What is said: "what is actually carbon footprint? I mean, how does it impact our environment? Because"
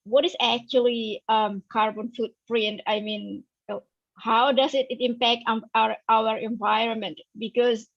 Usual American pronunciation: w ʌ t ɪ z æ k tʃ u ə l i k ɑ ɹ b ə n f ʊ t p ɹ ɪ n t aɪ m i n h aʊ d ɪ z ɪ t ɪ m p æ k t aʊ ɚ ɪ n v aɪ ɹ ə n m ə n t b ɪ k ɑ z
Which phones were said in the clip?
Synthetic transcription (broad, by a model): w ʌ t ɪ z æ k tʃ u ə l i k ɑ ɹ b ə n f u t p ɹ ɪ n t aɪ m i n h aʊ d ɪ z ɪ t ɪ m p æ k t aʊ ɚ ɪ n v aɪ ɹ ə n m ə n t b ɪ k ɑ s